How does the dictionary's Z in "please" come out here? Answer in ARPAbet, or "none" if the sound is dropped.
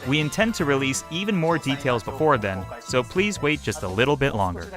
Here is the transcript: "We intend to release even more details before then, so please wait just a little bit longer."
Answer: Z